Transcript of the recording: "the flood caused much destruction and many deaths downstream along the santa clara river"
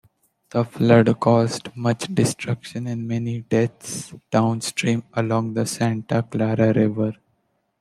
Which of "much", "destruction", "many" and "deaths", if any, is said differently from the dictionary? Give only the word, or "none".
deaths